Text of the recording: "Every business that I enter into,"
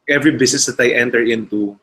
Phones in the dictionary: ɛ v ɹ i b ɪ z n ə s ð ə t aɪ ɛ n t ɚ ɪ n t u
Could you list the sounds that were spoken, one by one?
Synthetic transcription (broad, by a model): ɛ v ɹ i b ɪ s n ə s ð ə t aɪ ɛ n t ɚ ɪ n t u